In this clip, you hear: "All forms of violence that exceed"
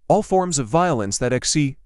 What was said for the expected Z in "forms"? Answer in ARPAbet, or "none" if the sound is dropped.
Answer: Z